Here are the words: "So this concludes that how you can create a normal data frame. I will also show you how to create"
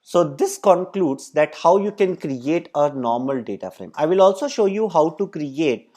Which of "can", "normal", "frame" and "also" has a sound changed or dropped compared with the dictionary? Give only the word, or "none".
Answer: none